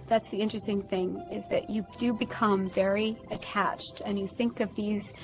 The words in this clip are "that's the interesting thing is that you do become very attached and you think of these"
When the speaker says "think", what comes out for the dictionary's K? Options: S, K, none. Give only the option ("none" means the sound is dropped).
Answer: K